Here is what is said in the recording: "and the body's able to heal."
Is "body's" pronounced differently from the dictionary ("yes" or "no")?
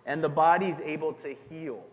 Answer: no